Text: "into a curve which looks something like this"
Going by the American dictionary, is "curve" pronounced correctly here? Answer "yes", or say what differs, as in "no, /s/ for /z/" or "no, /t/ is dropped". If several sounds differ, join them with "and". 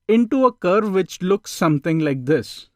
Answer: yes